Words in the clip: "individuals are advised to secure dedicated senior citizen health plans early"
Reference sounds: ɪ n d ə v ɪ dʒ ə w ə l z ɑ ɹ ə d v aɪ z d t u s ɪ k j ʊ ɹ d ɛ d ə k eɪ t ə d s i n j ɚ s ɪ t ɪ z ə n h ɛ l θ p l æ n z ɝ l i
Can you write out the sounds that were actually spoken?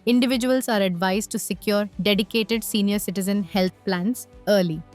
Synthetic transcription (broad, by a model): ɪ n d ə v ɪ dʒ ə ə l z ɑ ɹ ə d v aɪ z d t u s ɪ k j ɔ ɹ d ɛ d ə k eɪ t ə d s i n j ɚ s ɪ t ɪ z ə n h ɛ l t p l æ n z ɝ l i